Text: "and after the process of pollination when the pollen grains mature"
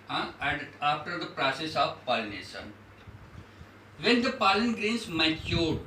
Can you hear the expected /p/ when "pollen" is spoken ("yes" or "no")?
yes